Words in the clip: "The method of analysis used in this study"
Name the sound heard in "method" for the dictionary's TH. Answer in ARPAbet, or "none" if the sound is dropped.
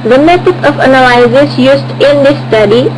T